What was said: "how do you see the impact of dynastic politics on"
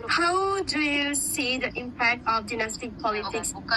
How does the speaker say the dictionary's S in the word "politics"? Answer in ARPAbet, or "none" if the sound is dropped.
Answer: S